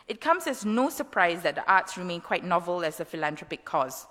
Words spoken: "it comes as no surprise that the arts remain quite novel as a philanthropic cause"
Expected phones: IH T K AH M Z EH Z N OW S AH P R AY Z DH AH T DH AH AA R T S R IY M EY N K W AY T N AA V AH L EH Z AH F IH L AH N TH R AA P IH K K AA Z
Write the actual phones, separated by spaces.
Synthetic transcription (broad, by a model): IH T K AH M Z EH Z N OW S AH P R AY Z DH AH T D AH AA T S R IY M EY N K W AY T N AA V AH L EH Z AH F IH L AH N T R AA P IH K K AA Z